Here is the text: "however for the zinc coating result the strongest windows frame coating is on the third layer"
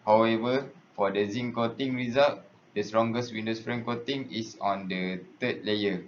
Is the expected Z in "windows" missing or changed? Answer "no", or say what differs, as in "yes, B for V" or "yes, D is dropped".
yes, S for Z